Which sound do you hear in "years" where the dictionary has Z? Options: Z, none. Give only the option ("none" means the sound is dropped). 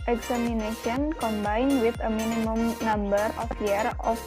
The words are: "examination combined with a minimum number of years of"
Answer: none